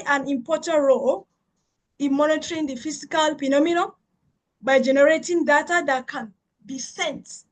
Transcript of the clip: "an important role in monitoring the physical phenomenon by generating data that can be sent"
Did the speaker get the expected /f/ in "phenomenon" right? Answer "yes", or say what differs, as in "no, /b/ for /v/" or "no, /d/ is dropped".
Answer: no, /p/ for /f/